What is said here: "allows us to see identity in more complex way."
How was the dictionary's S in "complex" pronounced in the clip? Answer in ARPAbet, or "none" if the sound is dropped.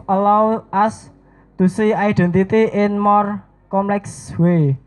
S